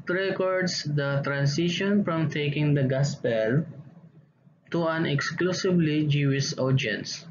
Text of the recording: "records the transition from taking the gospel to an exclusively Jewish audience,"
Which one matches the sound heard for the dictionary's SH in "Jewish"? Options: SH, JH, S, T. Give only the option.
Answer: S